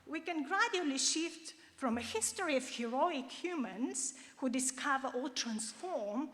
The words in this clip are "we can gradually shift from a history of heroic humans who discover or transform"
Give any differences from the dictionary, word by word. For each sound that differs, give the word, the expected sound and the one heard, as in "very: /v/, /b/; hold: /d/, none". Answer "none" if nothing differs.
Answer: or: /ɹ/, /l/